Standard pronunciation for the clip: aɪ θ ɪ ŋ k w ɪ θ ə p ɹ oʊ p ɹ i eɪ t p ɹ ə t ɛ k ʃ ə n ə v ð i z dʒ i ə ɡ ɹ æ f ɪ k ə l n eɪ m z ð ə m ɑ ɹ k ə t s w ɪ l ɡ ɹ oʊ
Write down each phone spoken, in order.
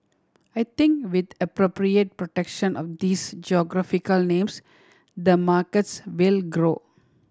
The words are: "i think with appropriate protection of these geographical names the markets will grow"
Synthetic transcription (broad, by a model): aɪ t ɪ ŋ k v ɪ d ə p ɹ oʊ p ɹ i eɪ t p ɹ ə t ɛ k ʃ ə n ə v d i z dʒ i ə ɡ ɹ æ f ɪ k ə l n eɪ m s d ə m ɑ ɹ k ə t s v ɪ l ɡ ɹ oʊ